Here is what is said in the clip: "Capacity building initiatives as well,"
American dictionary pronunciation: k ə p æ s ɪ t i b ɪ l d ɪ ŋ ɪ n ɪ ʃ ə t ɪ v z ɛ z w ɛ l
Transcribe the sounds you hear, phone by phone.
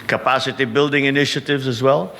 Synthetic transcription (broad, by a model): k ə p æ s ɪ t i b ɪ l d ɪ ŋ ɪ n ɪ ʃ ə t ɪ v z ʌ z w ɛ l